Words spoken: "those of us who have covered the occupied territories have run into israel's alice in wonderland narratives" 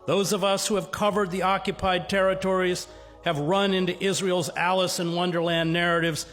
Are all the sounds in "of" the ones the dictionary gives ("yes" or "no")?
yes